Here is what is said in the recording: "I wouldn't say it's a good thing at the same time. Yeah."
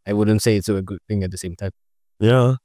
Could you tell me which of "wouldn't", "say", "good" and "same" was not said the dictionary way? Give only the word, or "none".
none